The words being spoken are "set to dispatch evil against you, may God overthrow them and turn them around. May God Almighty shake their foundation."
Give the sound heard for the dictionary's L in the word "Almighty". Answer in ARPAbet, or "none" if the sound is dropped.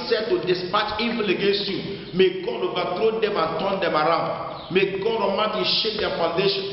none